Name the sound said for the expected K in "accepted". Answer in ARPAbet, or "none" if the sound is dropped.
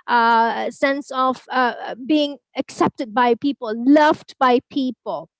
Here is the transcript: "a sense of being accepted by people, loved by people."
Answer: K